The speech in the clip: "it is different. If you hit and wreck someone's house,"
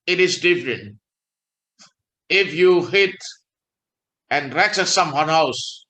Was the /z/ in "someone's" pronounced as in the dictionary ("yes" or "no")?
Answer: no